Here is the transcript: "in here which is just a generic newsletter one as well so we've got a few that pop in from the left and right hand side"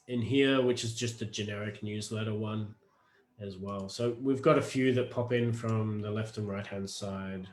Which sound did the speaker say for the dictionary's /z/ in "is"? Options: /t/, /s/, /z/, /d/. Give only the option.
/z/